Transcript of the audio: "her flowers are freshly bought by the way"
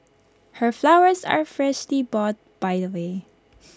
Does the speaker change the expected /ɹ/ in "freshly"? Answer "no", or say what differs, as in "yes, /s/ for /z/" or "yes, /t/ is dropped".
no